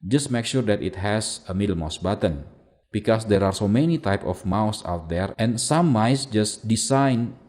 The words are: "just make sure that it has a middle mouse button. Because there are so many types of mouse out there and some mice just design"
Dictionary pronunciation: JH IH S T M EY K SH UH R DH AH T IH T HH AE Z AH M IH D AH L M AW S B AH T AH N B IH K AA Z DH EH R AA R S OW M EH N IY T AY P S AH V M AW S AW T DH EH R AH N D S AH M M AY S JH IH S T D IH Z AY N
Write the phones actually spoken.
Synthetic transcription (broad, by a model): JH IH S T M EY K SH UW R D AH T IH T HH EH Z AH M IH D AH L M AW S B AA T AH N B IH K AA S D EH R AA R S OW M EH N IY T AY P AH F M AW S AW T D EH R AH N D S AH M M AY S JH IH S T D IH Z AY N